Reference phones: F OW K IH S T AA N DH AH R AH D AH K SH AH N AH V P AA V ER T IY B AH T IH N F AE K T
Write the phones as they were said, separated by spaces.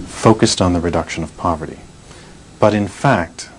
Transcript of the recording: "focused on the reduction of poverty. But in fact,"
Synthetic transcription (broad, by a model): F OW K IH S T N DH AH R AH D AH K SH AH N AH V P AA V ER T IY B AH T IH N F AE K T